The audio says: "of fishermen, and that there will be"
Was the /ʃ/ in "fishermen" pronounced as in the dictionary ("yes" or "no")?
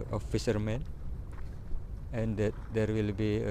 no